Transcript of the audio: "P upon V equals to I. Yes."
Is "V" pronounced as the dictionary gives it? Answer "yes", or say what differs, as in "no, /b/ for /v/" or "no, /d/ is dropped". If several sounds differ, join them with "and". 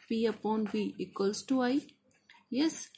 no, /b/ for /v/